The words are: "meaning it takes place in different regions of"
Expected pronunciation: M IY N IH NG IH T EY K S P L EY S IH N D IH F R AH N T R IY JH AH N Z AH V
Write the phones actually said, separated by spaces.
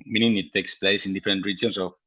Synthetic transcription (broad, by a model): M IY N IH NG IH T EY K S P L EY S IH N D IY F R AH N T R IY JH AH N S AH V